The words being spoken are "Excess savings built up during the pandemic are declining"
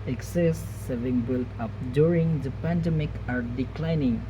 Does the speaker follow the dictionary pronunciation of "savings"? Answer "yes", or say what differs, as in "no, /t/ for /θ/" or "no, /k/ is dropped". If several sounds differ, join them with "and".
no, /z/ is dropped